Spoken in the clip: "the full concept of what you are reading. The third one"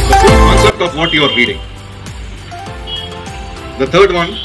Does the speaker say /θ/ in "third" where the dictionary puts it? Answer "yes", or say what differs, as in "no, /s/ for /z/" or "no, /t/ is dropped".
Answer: no, /t/ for /θ/